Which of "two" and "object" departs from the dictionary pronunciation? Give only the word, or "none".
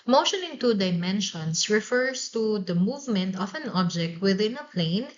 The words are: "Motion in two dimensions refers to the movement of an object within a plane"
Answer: none